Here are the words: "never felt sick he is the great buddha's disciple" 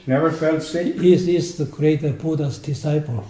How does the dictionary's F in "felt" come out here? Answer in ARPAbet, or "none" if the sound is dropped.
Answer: F